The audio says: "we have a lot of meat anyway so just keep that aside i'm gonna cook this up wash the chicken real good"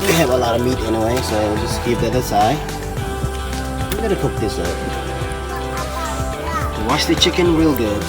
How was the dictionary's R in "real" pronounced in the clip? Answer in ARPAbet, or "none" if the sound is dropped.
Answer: W